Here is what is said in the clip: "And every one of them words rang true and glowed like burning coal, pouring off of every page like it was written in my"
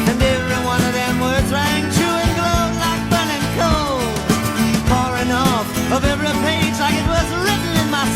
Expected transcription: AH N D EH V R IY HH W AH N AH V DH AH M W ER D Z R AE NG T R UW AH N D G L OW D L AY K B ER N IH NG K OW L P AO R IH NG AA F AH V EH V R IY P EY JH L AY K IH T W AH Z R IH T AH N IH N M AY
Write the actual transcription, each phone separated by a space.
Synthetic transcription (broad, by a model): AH N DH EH R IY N W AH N AH V DH AH M W ER D Z R AE NG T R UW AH N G L OW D L AY K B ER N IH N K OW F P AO R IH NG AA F AH V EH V R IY P EY JH L AY K IH T W AH Z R IH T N IH N M AY